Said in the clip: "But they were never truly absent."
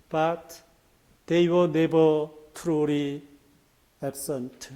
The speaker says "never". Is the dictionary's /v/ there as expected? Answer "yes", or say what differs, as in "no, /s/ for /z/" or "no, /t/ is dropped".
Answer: no, /b/ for /v/